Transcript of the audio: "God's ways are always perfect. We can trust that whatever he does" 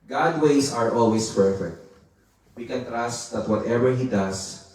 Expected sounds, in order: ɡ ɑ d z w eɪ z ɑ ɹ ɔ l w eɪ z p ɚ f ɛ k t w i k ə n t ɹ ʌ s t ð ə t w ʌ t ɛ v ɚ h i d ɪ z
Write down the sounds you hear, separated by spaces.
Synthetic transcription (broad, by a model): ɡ ɑ d w eɪ s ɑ ɹ ɔ l w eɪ s p ɚ f ɛ k t w i k ə n t ɹ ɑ s t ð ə t w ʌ t ɛ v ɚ h i d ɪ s